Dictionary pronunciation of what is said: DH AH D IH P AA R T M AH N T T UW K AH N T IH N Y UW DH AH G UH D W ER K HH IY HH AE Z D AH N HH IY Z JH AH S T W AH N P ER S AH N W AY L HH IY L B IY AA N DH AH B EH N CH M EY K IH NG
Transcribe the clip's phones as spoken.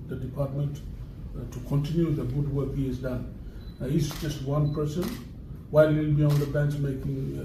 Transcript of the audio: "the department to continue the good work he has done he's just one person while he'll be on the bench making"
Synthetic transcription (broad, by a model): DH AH D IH P AA T M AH N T T UW K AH N T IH N Y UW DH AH G UH D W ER K HH IY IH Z D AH N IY S JH AH S T W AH N P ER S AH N W AY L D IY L B IY AA N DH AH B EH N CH M EY K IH NG